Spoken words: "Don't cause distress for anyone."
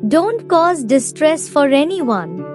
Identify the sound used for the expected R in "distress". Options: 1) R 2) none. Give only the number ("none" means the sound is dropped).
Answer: 1